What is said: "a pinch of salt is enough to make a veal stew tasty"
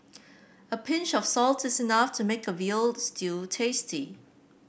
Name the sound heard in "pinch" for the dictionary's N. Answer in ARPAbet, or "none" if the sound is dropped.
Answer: N